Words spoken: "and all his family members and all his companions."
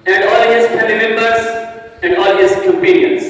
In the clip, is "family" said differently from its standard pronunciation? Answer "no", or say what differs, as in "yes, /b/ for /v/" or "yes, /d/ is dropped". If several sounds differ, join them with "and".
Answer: yes, /m/ is dropped